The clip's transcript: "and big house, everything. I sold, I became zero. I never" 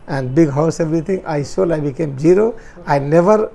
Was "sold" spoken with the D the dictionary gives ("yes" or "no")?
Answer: no